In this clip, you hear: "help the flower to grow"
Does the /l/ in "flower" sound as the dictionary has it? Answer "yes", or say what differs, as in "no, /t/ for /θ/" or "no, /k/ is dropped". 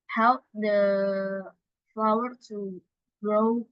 yes